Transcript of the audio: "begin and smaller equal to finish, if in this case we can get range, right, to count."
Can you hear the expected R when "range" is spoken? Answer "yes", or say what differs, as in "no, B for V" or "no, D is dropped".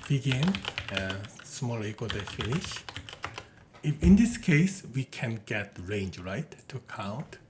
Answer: yes